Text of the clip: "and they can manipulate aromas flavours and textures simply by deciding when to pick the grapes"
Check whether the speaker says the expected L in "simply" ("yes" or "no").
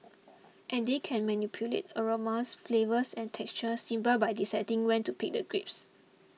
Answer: no